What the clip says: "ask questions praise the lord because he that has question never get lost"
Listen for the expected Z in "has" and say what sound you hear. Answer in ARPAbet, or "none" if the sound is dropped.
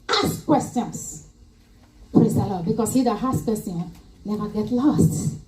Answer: S